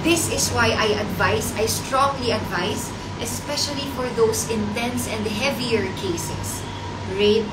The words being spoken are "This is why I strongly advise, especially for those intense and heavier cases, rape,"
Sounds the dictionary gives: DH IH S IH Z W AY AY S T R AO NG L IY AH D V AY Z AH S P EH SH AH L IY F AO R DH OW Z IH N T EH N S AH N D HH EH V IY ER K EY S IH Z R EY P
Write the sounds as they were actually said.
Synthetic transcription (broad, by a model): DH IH S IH S W AY AY S T R AO NG L IY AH D V AY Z AH S P EH SH AH L IY F AO R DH OW S IH N T EH N S AH N D HH EH V IY ER K EY S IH S R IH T